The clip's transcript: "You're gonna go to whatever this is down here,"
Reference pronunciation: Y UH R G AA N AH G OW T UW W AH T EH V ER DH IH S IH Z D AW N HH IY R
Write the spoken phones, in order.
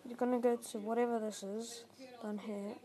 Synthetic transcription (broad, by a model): Y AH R G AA N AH G OW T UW W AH T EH V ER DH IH S IH Z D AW N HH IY